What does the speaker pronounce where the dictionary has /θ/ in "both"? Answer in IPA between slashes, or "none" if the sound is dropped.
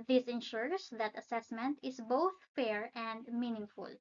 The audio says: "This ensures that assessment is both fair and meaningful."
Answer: /θ/